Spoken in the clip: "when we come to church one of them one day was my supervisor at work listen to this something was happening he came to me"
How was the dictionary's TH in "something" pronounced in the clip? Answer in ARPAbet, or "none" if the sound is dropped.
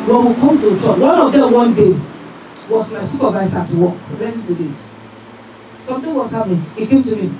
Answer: T